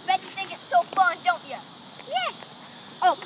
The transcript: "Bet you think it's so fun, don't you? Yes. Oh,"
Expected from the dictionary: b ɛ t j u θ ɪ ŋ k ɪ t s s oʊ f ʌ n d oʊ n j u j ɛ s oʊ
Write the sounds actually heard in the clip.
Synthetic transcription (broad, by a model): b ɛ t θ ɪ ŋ ɪ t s s oʊ f ʌ n d oʊ n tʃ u j ɛ s oʊ